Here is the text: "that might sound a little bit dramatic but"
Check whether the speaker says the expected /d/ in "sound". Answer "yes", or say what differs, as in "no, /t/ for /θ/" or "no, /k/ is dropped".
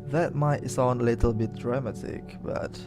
no, /d/ is dropped